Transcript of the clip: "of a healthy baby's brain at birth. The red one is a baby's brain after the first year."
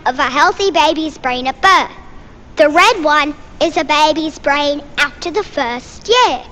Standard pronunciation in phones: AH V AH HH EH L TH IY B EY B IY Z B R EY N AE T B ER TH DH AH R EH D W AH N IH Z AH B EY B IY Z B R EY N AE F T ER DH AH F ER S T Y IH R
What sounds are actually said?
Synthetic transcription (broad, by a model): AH V AH HH EH L TH IY B EY B IY Z B R EY N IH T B ER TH DH AH R EH D W AH N IH Z AH B EY B IY Z B R EY N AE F T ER DH AH F ER S T Y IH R